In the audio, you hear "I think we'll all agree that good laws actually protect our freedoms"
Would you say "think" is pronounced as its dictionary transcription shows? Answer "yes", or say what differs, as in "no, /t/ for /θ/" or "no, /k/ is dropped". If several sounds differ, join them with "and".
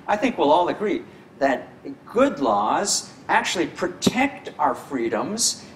yes